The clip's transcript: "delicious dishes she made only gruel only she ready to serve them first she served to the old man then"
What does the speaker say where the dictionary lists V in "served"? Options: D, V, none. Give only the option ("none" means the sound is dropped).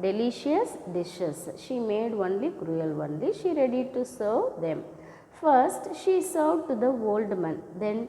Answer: none